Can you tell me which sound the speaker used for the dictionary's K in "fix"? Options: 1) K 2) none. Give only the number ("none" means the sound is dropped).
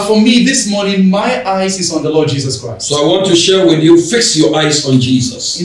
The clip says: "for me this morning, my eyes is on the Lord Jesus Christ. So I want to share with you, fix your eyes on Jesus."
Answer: 1